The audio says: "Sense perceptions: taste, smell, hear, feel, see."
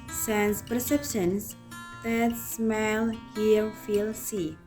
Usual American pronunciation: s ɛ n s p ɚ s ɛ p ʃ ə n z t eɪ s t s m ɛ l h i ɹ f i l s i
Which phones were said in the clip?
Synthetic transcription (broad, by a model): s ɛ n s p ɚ s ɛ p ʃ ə n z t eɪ t s m ɛ l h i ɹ f i l s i